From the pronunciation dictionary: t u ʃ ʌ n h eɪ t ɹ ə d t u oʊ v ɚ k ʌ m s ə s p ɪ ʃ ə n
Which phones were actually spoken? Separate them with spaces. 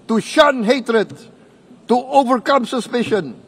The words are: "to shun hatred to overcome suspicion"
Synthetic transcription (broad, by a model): t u ʃ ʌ n h eɪ t ɹ ə d t u oʊ v ɚ k ʌ m s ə s p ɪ ʃ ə n